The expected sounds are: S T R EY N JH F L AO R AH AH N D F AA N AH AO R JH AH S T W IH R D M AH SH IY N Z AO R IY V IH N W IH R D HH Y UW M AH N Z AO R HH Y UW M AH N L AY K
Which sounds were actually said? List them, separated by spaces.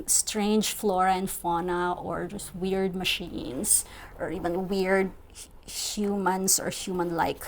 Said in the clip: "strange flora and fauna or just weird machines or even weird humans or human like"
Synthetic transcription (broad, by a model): S T R EY N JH F L AO R AH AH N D F AA N AH AO R JH AH S T W IH R D M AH SH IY N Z AO R IY V IH N W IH R D HH Y UW M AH N S AO R HH Y UW M AH N L AY K